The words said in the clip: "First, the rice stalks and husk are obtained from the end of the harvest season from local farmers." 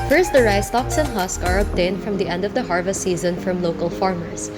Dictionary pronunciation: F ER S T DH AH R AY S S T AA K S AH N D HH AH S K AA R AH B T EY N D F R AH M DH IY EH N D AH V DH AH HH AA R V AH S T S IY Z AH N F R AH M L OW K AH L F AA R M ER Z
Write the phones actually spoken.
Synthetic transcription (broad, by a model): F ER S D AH R AY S S T AA K S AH N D HH AH S K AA R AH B T EY N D F R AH M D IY EH N D AH V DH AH HH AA R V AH S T S IY Z AH N F R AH M L OW K AH L F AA R M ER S